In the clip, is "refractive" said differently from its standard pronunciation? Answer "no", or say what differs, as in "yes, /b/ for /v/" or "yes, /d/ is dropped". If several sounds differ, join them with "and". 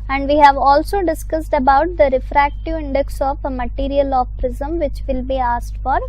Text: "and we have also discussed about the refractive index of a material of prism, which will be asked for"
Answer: no